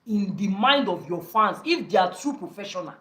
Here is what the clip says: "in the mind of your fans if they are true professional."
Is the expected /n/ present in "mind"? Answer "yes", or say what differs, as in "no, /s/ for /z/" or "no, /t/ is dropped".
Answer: yes